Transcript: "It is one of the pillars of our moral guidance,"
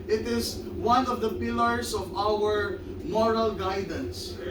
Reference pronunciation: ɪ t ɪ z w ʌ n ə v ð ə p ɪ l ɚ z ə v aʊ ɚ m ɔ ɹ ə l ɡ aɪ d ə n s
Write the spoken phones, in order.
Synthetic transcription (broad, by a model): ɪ t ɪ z w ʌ n ə v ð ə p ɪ l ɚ s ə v aʊ ɚ m ɔ ɹ ə l ɡ aɪ d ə n s